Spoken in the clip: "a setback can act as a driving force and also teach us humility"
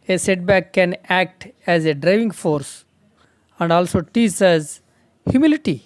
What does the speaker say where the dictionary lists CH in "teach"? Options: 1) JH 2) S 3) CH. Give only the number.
2